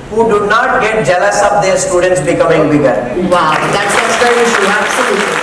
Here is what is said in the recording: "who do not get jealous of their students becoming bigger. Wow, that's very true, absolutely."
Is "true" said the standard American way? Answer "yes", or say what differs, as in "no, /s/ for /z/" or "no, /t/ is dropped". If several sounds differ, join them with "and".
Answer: no, /ɹ/ is dropped